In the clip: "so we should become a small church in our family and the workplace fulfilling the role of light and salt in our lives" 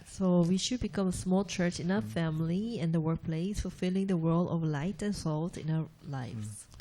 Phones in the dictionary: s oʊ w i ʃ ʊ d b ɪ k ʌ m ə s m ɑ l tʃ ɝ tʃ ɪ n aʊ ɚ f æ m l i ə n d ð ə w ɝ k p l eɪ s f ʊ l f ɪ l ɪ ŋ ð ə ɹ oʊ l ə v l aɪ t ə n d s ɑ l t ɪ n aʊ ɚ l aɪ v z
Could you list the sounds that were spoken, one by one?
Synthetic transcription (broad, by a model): s oʊ w i ʃ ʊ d b ɪ k ʌ m ə s m ɑ l tʃ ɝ tʃ ɪ n aʊ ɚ f æ m l i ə n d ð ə w ɝ k p l eɪ s f ʊ l f ɪ l ɪ ŋ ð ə w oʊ l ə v l aɪ t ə n s ɑ l t ɪ n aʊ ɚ l aɪ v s